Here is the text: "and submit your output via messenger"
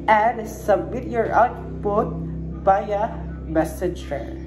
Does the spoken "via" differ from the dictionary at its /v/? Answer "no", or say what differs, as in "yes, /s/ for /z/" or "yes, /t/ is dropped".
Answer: yes, /p/ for /v/